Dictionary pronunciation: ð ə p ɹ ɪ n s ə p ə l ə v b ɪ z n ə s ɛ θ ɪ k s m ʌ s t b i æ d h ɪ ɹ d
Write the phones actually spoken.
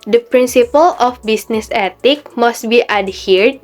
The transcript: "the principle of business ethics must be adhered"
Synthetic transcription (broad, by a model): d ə p ɹ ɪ n s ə p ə l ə f b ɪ s n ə s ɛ t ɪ k m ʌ s t b i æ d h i ɹ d